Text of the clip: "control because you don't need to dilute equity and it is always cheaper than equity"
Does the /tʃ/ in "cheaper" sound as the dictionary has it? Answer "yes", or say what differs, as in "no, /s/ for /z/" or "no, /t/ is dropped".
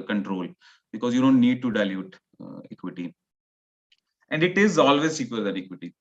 no, /s/ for /tʃ/